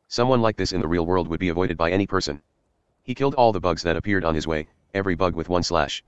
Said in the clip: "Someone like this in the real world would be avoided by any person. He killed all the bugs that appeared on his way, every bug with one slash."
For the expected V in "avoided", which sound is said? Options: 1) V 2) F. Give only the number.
1